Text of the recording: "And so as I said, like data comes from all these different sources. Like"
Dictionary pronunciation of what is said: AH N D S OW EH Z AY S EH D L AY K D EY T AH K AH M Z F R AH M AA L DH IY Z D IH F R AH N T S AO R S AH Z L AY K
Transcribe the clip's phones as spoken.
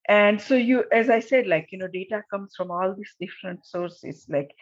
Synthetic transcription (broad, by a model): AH N D S OW EH Z AY S EH D L AY K D EY T AH K AH M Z F R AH M AA L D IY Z D IH F R AH N T S AO R S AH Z L AY K